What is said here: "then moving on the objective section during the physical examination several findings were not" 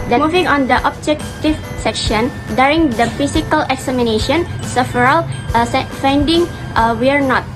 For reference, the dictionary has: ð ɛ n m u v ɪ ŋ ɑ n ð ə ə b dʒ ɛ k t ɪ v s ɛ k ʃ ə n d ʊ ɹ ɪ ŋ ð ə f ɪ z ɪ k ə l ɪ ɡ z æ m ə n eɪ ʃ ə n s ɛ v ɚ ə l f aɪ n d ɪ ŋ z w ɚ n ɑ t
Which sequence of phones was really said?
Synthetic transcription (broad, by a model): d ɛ m u v ɪ ŋ ɑ n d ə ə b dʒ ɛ k t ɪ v s ɛ k ʃ ə n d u ɹ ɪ ŋ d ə f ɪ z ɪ k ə l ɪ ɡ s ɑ m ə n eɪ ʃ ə n s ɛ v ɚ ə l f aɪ n d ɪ ŋ w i n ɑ t